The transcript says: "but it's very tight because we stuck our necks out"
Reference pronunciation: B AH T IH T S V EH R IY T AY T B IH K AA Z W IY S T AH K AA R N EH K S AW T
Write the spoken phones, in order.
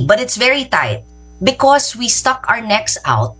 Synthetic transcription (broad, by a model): B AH T IH T S V EH R IY T AY T B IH K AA S W IY S T AH K AA R N EH K S AW T